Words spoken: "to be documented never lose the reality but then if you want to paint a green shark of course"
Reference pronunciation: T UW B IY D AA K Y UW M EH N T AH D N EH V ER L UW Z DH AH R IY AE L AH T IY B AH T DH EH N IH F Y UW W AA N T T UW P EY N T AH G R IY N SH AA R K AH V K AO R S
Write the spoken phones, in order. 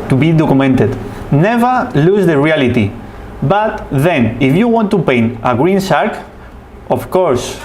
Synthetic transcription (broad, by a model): T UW B IY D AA K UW M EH N T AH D N EH V ER L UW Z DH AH R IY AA L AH T IY B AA T DH EH N IH F Y UW W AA N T T UW P EY N AH G R IY N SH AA R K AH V K AO R S